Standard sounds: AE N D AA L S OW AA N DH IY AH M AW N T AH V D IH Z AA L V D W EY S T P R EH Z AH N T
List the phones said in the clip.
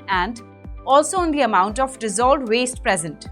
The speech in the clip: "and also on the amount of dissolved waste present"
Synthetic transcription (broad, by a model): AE N D AA L S OW AA N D IY AH M AW N T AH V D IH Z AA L D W EY S T P R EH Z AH N T